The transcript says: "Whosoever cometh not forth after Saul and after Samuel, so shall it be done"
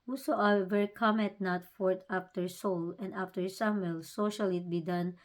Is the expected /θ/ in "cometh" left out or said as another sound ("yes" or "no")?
yes